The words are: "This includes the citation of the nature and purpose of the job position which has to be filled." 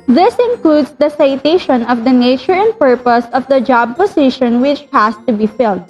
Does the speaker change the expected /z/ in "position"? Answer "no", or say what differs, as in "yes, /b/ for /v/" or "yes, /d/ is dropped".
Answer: yes, /s/ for /z/